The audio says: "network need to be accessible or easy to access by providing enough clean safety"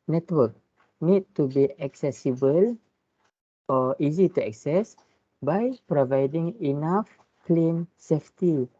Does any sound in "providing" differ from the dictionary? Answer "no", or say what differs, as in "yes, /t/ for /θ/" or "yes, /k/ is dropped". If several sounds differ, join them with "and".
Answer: no